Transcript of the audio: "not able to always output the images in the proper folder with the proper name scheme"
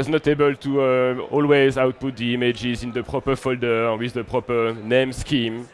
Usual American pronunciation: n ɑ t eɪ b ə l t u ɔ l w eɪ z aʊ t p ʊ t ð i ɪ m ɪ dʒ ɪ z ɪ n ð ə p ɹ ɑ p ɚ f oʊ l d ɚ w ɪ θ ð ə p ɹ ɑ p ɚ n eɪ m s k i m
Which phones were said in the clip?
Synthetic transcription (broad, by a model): n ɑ t eɪ b ə l t u ɔ l w eɪ z aʊ t p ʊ t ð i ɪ m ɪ dʒ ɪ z ɪ n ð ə p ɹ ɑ p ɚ f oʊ l d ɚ w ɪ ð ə p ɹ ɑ p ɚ n eɪ m s k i m